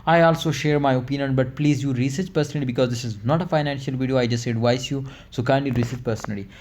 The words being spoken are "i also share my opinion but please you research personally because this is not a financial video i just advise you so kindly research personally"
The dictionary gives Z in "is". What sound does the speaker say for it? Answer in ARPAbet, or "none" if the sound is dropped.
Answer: Z